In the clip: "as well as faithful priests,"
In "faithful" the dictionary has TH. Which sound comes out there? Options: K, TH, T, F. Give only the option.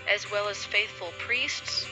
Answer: TH